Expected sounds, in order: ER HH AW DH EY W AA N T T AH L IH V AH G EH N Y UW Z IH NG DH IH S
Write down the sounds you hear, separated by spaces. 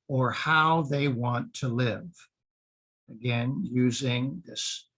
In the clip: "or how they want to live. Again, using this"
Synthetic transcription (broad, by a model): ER HH AW DH EY W AA N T T AH L IH V AH G EH N Y UW Z IH NG DH IH S